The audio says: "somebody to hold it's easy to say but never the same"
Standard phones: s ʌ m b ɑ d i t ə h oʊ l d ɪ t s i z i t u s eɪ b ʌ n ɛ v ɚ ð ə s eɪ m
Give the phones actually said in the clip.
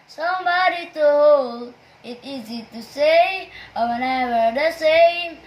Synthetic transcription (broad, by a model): s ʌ m b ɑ d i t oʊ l ɪ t i z i t u s eɪ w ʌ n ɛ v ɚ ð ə s eɪ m